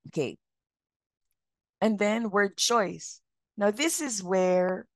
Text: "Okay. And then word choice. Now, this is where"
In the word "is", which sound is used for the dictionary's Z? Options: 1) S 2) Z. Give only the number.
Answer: 2